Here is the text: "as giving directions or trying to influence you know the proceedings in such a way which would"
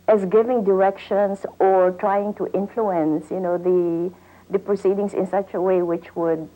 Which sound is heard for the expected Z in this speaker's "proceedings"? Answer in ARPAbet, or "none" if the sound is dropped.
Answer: S